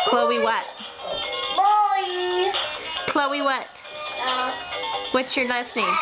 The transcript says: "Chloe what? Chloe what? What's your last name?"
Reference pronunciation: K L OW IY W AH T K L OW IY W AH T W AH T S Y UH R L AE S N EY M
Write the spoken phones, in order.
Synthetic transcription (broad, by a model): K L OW IY W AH T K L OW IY W AH T W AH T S Y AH R N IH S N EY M